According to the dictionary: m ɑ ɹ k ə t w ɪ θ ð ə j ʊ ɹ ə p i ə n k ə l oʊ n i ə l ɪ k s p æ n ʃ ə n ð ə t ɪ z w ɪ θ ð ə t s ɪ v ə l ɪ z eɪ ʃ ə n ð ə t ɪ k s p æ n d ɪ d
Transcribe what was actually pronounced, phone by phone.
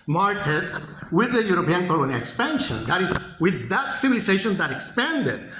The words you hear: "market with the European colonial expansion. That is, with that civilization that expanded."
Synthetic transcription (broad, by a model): m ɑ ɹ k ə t w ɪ ð ə j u ɹ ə p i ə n k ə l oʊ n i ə k s p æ n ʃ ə n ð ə t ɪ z w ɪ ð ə t s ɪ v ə l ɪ s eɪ ʃ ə n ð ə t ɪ k s p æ n d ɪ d